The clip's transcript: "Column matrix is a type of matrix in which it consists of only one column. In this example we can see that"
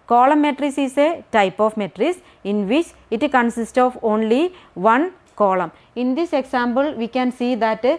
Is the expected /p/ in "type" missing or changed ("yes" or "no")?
no